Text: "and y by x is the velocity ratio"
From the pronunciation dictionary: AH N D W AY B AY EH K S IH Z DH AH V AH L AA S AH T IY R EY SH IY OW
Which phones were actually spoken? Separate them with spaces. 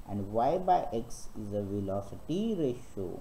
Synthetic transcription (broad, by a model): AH N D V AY B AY EH K S IH Z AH V AH L AA S AH T IY R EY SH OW